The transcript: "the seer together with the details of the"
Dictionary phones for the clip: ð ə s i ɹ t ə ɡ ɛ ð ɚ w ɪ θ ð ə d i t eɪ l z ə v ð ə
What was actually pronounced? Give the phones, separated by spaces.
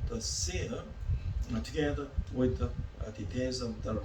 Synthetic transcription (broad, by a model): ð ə s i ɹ t ə ɡ ɛ ð ɚ w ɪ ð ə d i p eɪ z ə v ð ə